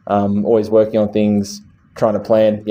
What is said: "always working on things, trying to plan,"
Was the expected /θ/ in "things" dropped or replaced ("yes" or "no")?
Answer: no